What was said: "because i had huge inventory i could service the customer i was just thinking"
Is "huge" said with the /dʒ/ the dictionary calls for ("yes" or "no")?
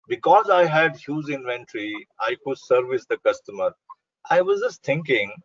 no